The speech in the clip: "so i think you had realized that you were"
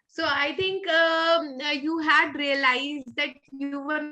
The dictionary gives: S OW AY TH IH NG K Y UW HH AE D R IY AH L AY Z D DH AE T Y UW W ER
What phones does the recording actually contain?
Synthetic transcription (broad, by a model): S OW AY T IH NG K Y UW HH AE D R IY AH L AY Z D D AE T Y UW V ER